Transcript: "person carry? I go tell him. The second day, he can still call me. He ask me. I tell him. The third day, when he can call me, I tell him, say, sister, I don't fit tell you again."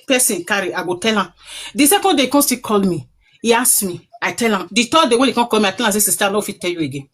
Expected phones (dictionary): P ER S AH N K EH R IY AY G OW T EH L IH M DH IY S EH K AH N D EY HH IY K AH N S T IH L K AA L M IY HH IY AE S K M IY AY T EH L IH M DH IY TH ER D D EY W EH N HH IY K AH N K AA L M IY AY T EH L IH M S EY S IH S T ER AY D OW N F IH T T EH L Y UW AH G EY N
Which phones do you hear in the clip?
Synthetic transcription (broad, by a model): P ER S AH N K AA R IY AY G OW T EH L IH M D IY S EH K AH N D EY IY K AH N S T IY K AA L M IY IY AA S M IY AY T EH L IH M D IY T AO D D EY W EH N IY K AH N K AA L M IY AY T EH L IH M S EY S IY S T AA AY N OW F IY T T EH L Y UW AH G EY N